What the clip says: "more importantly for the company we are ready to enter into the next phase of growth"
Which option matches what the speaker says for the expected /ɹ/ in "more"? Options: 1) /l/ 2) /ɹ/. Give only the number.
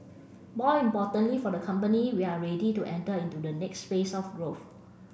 1